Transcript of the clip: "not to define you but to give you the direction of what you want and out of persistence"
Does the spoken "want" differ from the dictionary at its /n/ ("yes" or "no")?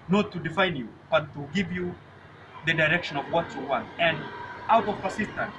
no